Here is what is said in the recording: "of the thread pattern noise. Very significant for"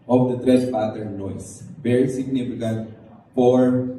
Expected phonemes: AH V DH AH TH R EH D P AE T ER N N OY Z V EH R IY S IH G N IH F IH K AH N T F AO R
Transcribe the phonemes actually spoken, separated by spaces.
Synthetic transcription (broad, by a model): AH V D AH T R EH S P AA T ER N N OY S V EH R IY S IH G N IH F IH K AH N T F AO R